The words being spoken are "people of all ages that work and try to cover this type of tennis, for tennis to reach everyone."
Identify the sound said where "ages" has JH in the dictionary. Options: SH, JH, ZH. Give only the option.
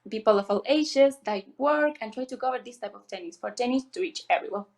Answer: SH